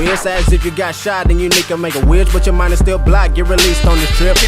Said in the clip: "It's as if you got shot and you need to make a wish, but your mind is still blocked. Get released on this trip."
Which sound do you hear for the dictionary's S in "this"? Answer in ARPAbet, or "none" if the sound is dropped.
none